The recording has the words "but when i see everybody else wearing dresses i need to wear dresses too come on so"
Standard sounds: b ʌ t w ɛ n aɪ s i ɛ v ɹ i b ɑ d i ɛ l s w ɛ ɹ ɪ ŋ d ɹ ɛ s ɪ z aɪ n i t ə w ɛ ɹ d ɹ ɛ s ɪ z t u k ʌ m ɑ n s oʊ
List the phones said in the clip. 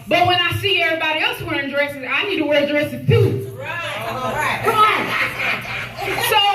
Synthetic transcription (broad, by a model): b ʌ t w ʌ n aɪ s i ɛ v ɹ i b ɑ d i ɛ l s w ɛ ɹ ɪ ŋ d ɹ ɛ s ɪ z aɪ n i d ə w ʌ ɹ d ɹ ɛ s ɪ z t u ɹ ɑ ɪ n s oʊ